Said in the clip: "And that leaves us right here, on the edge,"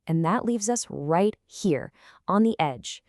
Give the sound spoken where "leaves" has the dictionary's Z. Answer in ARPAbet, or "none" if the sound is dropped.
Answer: Z